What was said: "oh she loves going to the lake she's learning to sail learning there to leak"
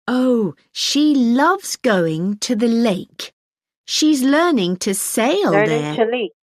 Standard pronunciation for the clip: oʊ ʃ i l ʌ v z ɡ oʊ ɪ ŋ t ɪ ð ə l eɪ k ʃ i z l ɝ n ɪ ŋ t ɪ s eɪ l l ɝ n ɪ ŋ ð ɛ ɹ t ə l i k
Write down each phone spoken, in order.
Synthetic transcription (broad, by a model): oʊ ʃ i l ʌ v z ɡ oʊ ɪ ŋ t ɪ ð ə l eɪ k ʃ i z l ɝ n ɪ ŋ t ɪ s eɪ ɪ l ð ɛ ɹ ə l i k